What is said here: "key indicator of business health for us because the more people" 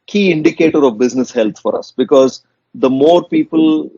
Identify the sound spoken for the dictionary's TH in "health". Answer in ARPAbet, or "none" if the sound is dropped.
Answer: T